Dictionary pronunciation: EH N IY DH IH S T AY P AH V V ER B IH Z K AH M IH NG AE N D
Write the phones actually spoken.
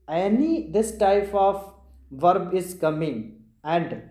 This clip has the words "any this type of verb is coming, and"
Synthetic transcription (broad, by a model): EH N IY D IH S T AY P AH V V ER B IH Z K AH M IH NG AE N D